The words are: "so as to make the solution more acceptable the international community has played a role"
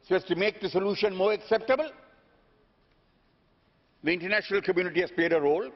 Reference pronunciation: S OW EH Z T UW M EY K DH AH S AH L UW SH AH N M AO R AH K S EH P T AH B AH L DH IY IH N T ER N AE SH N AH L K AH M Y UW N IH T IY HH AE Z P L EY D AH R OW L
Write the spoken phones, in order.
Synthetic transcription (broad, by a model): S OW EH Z T UW M EY K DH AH S AH L UW SH AH N M AO R AH K S EH P T AH B AH L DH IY IH N T ER N AE SH N AH L K AH M Y UW N IH T IY HH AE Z P L EY D AH R OW L